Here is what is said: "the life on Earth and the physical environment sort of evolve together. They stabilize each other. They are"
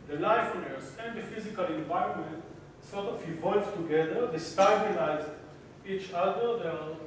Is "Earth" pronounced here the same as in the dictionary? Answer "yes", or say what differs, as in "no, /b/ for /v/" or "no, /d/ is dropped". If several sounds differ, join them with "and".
no, /s/ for /θ/